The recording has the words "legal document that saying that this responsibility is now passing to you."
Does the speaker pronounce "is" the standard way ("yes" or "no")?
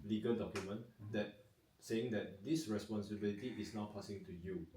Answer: no